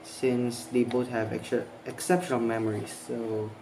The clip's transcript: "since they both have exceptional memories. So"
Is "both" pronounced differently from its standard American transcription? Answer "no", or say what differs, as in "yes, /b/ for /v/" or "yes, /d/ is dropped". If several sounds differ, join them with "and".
yes, /t/ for /θ/